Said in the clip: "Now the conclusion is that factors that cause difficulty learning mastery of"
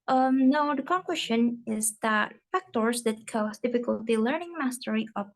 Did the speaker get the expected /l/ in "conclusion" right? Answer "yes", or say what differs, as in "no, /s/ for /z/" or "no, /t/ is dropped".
no, /w/ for /l/